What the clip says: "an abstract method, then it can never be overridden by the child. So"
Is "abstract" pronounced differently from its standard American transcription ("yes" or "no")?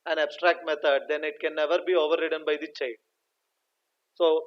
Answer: no